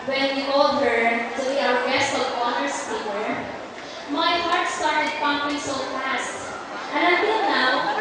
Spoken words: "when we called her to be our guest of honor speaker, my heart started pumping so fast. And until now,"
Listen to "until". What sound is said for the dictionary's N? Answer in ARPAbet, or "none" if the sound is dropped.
none